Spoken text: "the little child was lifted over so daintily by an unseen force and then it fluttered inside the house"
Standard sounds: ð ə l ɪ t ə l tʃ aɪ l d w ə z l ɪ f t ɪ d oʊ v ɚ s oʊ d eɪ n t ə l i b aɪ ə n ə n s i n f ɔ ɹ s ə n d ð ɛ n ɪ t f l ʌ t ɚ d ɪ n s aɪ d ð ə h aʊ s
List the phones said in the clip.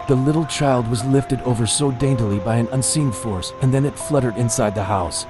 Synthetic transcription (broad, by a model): ð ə l ɪ t l tʃ aɪ l d w ə z l ɪ f t ɪ d oʊ v ɚ s oʊ d eɪ n t ə l i b aɪ ə n ə n s i n f ɔ ɹ s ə n ð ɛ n ɪ t f l ʌ t ɚ d ɪ n s aɪ d ð ə h aʊ s